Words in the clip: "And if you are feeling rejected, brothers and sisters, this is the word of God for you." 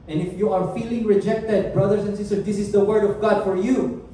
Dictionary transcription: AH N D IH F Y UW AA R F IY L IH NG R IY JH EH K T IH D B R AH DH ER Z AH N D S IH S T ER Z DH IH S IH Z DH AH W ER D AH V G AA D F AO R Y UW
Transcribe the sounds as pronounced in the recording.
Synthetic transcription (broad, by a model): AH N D IH F Y UW AA R F IY L IH NG R IY JH EH K T IH D B R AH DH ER S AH N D S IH S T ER S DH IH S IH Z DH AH W ER D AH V G AA D F AO R Y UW